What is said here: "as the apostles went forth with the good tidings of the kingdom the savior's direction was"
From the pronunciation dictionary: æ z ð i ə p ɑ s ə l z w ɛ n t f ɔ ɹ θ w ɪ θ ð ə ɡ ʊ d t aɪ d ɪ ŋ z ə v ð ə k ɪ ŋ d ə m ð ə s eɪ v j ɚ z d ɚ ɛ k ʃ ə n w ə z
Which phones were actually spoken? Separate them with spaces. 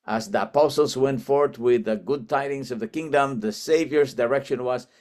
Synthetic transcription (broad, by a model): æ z ð i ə p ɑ s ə l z w ɛ n t f ɔ ɹ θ w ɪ ð ə ɡ ʊ d t aɪ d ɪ ŋ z ə v ð ə k ɪ ŋ d ə m ð ə s eɪ v j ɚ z d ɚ ɛ k ʃ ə n w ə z